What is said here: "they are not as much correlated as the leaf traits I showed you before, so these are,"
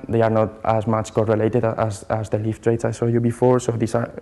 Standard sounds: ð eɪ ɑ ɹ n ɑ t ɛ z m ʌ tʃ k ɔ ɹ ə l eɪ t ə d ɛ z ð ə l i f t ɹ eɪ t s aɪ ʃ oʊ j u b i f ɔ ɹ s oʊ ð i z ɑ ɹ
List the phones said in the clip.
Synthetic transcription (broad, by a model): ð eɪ ɑ ɹ n ɑ t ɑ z m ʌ tʃ k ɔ ɹ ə l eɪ t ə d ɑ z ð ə l i f t ɹ eɪ t s aɪ s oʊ j u b i f ɔ ɹ s oʊ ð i s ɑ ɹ